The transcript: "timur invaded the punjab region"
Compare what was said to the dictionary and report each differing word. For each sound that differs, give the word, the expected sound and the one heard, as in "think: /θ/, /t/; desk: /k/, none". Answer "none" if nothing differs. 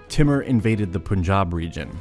none